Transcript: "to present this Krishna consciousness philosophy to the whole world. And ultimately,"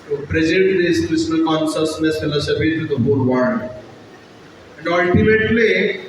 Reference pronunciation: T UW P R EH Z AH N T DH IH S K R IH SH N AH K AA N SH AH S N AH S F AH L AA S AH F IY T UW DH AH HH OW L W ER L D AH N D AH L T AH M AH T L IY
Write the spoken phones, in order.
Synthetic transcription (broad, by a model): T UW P R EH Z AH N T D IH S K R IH S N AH K AA N SH AH S N AH S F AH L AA S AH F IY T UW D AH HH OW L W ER N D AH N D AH L T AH M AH T L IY